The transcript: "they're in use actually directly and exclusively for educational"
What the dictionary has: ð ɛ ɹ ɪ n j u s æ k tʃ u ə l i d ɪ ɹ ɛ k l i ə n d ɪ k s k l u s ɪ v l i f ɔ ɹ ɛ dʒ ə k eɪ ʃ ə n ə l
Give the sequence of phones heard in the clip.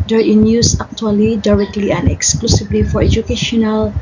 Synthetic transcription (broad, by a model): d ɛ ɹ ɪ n j u s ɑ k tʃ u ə l i d ɪ ɹ ɛ k l i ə n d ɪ k s k l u s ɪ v l i f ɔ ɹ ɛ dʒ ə k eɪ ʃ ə n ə l